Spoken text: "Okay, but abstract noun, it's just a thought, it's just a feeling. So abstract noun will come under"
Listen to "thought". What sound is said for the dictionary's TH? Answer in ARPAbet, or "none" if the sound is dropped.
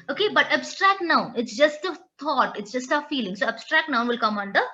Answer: T